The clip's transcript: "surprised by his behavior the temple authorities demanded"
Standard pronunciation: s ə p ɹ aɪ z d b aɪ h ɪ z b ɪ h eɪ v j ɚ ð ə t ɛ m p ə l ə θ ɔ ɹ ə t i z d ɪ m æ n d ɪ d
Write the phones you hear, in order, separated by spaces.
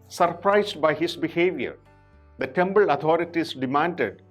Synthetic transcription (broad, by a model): s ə p ɹ aɪ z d b aɪ h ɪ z b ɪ h eɪ v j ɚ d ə t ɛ m b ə l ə t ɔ ɹ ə t i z d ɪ m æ n d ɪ d